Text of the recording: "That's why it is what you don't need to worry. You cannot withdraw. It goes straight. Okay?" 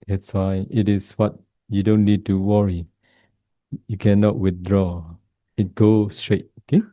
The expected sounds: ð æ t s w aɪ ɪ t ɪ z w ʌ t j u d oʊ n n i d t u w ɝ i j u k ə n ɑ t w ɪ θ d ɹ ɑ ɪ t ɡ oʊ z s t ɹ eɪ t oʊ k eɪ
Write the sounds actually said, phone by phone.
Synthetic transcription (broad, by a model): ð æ t s w aɪ ɪ t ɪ s w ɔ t j u d oʊ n n i d t u w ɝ i j u k ə n ɑ t w ɪ θ d ɹ ɑ ɪ t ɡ oʊ s t ɹ eɪ t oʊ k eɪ